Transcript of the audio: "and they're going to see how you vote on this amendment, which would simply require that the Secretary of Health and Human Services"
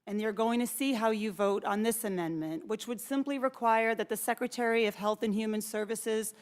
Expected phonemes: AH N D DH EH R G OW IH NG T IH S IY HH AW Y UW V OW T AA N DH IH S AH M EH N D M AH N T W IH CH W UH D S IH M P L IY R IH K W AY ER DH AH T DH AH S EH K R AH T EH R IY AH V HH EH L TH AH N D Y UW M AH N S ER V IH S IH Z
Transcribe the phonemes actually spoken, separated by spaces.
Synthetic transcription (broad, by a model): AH N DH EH R G OW IH NG T IH S IY HH AW Y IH V OW T N DH IH S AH M EH N M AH N T W IH CH W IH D S IH M P L IY R IH K W AY ER DH AH T DH AH S EH K R AH T EH R IY AH V HH EH L TH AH N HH Y UW M AH N S ER V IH S IH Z